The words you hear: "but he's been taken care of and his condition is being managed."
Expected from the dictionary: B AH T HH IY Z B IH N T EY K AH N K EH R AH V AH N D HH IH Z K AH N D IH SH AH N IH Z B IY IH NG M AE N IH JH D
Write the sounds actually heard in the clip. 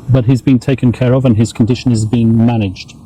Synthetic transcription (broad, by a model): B AH T HH IY Z B IH N T EY K AH N K EH R AH V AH N IH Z K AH N D IH SH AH N IH Z B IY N M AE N IH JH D